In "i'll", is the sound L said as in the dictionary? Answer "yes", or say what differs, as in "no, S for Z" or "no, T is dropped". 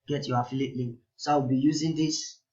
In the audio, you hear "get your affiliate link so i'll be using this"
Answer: no, W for L